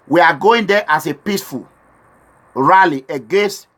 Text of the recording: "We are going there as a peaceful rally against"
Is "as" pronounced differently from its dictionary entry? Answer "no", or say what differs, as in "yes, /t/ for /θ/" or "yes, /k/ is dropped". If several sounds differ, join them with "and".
yes, /s/ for /z/